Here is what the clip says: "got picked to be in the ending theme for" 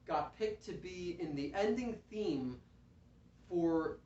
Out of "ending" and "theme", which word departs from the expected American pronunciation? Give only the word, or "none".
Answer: none